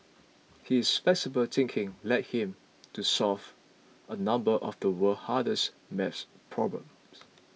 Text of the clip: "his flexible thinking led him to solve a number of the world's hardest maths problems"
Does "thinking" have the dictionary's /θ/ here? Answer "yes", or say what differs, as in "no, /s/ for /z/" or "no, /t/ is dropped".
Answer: no, /t/ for /θ/